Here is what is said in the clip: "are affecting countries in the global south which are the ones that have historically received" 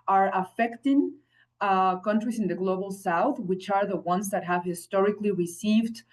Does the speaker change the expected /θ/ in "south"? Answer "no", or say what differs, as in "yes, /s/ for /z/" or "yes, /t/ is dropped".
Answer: no